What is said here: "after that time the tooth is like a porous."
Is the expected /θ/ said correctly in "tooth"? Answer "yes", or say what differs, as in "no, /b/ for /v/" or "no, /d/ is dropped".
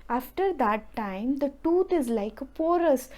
no, /t/ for /θ/